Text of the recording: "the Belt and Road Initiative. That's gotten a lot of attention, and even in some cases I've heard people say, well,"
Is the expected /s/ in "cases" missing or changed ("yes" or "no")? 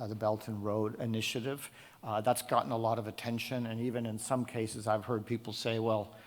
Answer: no